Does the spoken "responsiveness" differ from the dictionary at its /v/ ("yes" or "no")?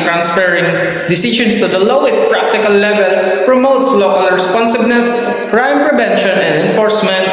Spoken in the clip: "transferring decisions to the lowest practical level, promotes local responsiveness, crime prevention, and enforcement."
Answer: yes